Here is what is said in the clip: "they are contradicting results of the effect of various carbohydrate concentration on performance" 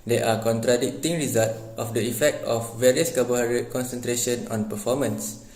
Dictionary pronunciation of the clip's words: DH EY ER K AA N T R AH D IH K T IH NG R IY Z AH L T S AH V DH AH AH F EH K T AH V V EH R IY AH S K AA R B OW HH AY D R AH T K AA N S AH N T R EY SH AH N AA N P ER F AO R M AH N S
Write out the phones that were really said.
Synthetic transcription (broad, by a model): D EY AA K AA N T R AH D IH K T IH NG R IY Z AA L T AH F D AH AH F EH K T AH F V EH R IY AH S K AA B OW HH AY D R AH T K AA N S AH N T R EY SH AH N AA N P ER F AO M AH N S